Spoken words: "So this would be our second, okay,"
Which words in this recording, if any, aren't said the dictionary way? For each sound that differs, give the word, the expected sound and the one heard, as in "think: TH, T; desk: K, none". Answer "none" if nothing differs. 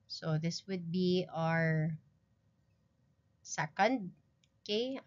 none